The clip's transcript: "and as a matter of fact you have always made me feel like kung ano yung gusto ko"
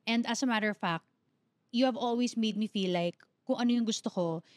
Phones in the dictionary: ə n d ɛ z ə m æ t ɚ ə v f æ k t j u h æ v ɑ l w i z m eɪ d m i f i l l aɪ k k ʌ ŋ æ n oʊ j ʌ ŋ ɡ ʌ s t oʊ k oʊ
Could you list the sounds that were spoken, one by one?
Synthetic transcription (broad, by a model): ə n d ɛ s ə m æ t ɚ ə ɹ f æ k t j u h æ v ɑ l w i s m eɪ d m i f i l l aɪ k k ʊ ŋ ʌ n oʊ j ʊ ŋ ɡ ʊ s t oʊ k oʊ